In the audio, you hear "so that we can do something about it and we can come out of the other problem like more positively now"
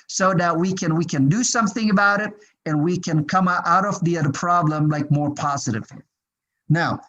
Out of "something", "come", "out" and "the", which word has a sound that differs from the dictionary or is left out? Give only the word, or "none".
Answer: none